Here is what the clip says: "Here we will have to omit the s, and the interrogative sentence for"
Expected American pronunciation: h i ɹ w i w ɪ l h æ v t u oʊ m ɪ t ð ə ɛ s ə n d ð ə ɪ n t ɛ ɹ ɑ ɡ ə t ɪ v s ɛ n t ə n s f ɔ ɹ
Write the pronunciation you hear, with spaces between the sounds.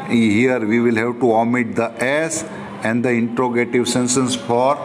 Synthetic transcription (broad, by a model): h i ɹ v i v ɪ l h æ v t u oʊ m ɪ t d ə ɛ s ə n d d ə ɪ n t ɹ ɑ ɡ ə t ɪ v s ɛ n s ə n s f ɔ ɹ